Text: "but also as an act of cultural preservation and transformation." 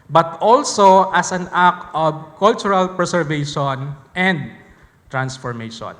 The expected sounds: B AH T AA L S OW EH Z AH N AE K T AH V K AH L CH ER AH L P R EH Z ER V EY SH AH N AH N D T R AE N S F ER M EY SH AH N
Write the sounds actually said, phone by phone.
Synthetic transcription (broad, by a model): B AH T AA L S OW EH S AH N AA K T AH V K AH L CH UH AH L P R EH S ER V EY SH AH N AH N D T R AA N S F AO M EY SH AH N